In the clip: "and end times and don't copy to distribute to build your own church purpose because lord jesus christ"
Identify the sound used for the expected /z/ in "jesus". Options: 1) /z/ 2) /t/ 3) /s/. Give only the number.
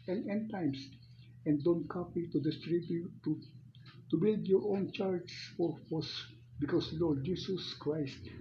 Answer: 3